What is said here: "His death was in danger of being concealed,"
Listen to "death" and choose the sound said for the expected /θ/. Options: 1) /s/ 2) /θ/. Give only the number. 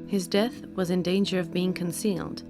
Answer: 2